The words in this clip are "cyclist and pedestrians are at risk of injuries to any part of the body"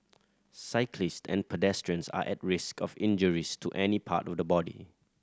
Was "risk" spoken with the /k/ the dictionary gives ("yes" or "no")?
yes